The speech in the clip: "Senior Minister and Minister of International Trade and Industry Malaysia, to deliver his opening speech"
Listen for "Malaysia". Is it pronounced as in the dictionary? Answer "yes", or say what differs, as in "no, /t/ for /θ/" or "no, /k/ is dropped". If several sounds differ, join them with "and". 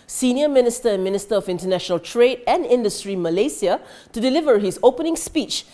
no, /s/ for /ʒ/